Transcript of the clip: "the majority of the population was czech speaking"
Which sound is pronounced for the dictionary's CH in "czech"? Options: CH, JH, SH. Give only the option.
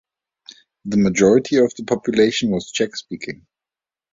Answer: CH